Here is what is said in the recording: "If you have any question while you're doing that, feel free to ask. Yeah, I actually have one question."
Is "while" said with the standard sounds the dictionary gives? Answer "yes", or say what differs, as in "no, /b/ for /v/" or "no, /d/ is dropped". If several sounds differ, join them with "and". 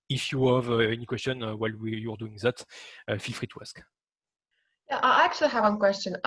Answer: no, /w/ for /l/